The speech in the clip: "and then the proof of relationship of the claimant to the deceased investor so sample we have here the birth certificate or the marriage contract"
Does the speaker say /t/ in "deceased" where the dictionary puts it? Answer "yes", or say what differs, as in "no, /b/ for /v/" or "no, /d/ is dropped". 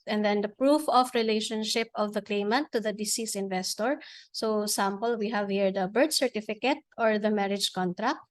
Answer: no, /t/ is dropped